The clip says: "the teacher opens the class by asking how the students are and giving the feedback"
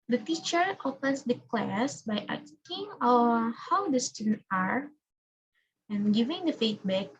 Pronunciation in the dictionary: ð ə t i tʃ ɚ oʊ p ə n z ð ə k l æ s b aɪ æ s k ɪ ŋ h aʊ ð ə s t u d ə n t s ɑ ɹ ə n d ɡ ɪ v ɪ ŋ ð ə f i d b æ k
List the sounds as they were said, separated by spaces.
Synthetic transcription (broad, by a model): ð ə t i tʃ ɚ oʊ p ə n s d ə k l æ s b aɪ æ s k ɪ ŋ h aʊ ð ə s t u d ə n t ɑ ɹ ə n ɡ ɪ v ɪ ŋ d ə f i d b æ k